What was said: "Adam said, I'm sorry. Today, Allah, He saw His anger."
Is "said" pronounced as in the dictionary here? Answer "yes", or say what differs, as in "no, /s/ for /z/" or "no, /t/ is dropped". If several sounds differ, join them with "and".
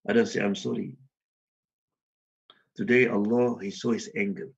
no, /d/ is dropped